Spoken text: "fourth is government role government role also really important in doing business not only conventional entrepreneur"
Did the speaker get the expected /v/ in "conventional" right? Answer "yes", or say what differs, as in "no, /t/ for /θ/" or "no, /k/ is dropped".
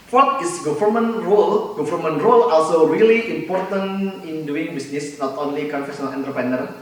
no, /f/ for /v/